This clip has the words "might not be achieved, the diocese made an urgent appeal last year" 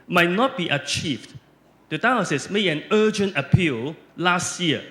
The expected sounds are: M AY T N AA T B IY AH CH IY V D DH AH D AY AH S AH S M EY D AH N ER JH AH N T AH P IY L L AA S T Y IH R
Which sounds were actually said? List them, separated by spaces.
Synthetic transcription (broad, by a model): M AY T N AA T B IY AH CH IY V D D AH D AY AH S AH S M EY AH N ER JH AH N T AH P IY L L AA S T Y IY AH